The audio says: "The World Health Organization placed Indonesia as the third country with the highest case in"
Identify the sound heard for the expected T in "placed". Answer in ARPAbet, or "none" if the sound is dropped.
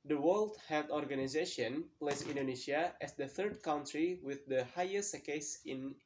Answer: none